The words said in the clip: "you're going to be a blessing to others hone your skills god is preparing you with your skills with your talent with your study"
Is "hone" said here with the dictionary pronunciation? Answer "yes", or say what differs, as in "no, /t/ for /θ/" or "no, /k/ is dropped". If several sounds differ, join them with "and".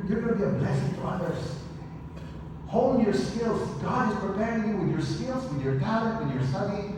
no, /l/ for /n/